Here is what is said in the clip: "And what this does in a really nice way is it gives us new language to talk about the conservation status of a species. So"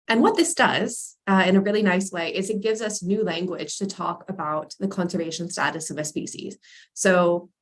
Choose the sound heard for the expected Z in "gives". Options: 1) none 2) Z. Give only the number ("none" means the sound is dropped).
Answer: 2